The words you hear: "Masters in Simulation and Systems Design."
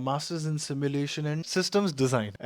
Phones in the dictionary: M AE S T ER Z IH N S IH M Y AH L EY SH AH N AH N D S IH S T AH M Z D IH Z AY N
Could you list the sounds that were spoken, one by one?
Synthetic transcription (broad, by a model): M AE S T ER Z IH N S IH M Y AH L EY SH AH N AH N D S IH S T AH M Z D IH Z AY N